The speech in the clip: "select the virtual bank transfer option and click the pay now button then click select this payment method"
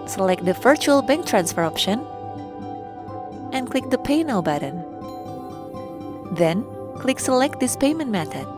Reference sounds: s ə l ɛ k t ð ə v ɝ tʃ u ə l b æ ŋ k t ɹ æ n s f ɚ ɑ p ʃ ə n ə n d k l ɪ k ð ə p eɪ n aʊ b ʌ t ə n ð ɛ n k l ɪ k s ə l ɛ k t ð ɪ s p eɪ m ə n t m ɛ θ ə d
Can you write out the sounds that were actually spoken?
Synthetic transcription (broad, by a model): s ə l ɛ k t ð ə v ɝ tʃ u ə l b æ ŋ k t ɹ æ n s f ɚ ɑ p ʃ ə n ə n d k l ɪ k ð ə p eɪ n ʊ b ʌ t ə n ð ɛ n k l ɪ k s ə l ɛ k t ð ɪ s p eɪ m ə n t m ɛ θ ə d